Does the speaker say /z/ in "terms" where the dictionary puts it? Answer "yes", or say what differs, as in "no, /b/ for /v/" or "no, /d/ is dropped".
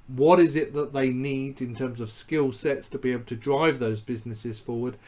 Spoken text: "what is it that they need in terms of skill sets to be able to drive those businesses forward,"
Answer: yes